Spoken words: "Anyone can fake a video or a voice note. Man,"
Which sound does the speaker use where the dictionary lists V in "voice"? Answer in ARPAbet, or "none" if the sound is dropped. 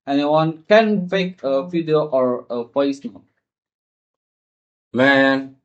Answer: P